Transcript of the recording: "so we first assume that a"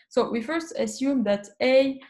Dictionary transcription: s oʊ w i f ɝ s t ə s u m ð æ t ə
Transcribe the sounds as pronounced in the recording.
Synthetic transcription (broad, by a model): s oʊ w i f ɝ s t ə s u m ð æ t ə